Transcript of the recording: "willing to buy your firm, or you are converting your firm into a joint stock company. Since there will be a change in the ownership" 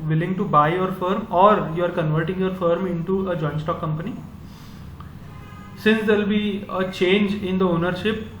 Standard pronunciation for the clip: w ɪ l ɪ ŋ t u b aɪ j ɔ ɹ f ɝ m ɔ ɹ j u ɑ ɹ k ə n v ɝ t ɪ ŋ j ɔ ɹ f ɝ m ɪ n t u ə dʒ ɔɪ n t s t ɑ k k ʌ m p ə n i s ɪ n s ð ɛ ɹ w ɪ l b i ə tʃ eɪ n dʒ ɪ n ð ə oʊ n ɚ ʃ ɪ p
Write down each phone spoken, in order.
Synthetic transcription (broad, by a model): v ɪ l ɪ ŋ t u b aɪ j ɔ ɹ f ɝ m ɔ ɹ j u ɑ ɹ k ə n v ɝ t ɪ ŋ j ɔ ɹ f ɝ m ɪ n t u ə dʒ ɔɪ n s t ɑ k k ʌ m p ə n i s ɪ n s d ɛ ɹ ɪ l b i ə tʃ eɪ n dʒ ɪ n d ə oʊ n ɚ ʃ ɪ p